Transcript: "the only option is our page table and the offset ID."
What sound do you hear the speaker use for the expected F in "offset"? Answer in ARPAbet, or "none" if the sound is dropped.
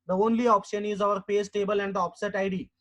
P